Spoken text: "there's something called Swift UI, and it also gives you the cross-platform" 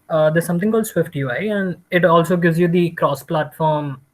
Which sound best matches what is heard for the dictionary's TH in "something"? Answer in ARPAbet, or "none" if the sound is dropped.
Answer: T